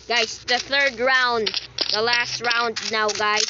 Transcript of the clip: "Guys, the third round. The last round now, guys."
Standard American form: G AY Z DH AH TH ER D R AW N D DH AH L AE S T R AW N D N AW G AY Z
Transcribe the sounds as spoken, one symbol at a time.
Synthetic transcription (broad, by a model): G AY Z DH AH TH ER D R AW N D DH AH L AE S T R AW N D N AW G AY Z